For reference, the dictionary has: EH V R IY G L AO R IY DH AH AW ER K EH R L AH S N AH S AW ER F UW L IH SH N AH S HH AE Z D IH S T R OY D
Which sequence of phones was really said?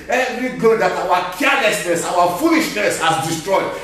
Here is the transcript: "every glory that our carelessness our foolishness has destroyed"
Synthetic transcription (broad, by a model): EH V R IY G AO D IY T AW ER K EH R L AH S N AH S AW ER F UW L IH SH N AH S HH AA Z D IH S T R OY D